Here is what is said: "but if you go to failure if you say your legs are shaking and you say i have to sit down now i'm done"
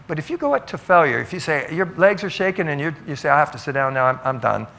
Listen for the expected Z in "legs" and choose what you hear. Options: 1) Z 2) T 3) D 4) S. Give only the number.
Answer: 1